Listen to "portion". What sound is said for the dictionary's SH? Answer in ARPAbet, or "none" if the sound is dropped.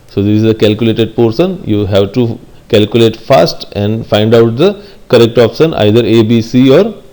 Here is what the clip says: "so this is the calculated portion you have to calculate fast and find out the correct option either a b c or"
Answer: S